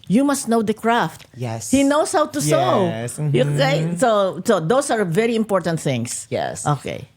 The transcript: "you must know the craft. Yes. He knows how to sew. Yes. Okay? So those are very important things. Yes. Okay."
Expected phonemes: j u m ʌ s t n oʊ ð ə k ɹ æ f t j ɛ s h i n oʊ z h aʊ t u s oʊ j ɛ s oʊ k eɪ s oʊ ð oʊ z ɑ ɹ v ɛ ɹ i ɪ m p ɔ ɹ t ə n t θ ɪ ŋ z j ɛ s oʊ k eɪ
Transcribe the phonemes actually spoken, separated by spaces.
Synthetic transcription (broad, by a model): j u m ʌ s t n oʊ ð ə k ɹ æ f t j ɛ s h i n oʊ s h aʊ t u s oʊ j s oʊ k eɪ s oʊ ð oʊ s ɑ ɹ v ɛ ɹ i ɪ m p ɔ ɹ t ə n t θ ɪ ŋ s j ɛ s oʊ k eɪ